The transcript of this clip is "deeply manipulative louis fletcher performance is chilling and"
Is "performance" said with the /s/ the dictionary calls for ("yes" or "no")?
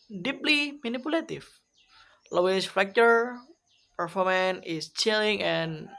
no